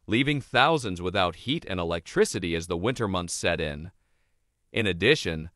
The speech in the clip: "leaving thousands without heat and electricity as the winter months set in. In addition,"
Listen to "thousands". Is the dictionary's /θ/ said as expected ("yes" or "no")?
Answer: yes